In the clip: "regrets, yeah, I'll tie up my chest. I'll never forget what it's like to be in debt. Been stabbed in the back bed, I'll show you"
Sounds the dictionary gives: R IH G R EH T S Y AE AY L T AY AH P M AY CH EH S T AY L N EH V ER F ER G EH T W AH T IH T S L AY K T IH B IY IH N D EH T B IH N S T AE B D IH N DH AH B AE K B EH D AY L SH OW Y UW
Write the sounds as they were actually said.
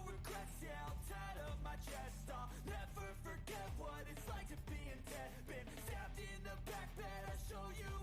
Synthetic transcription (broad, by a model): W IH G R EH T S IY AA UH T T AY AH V M AY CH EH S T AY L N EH F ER F ER G EH T W AH T IH T S L AY K T IH B IY IH N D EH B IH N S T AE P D IH N DH AH B AE K B EH D AY SH OW Y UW